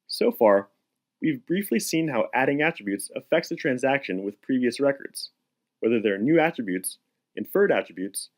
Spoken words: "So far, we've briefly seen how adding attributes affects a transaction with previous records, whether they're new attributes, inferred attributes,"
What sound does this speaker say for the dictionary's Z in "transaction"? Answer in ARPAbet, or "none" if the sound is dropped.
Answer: Z